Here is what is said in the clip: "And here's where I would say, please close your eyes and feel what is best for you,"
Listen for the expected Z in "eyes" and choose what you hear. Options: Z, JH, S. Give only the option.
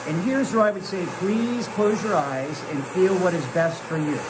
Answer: Z